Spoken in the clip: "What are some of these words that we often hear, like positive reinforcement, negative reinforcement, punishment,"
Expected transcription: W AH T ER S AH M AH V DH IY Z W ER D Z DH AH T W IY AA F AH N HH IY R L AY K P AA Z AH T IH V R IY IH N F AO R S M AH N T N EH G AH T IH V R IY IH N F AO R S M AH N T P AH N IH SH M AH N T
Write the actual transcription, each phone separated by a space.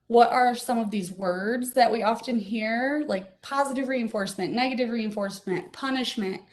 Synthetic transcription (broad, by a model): W AH T ER S AH M AH V DH IY Z W ER D Z DH AH T W IY AA F AH N HH IY R L AY K P AA Z AH T IH V R IY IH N F AO R S M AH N N EH G AH T IH V R IY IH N F AO R S M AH N T P AH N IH SH M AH N T